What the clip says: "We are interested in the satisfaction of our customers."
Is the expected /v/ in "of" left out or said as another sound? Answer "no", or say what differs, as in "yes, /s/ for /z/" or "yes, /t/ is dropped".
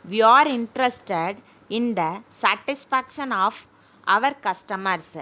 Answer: no